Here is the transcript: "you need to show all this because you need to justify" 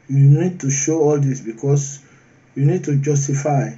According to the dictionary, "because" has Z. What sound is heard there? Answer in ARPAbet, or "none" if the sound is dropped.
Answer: S